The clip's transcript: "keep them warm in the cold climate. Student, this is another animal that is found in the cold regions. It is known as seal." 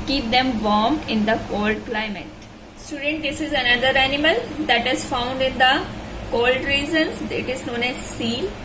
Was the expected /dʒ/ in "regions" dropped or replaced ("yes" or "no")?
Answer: yes